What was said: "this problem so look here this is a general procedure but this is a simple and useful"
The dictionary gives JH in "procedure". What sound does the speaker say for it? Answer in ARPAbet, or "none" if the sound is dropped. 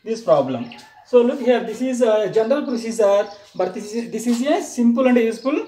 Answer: Z